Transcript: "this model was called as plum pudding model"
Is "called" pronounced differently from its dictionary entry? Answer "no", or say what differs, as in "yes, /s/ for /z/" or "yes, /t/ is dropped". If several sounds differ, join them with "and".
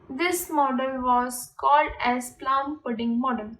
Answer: no